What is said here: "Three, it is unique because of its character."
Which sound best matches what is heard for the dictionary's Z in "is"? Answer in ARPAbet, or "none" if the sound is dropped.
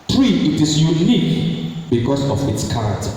S